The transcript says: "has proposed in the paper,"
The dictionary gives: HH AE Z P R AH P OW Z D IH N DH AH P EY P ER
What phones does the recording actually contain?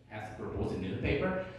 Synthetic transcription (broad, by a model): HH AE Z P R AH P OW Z IH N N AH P EY P ER